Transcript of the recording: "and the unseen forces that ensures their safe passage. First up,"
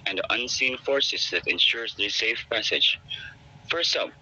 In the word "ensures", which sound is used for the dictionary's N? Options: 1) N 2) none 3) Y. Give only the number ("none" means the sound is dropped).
1